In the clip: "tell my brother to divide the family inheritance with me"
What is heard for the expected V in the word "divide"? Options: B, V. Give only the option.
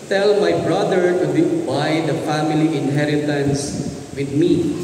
B